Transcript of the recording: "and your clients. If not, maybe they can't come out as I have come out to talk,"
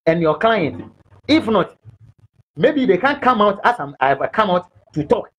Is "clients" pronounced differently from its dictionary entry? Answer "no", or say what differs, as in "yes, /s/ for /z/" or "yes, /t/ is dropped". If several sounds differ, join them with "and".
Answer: yes, /s/ is dropped